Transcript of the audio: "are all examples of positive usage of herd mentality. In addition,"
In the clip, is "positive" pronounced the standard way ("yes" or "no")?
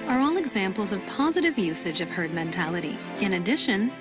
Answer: yes